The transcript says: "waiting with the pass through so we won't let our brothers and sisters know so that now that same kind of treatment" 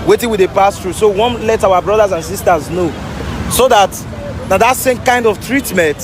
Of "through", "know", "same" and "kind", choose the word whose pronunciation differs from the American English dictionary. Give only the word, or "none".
through